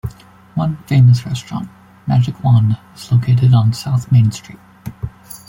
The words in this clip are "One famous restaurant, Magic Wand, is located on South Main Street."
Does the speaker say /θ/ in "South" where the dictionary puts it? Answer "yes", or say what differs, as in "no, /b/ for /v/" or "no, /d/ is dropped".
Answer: yes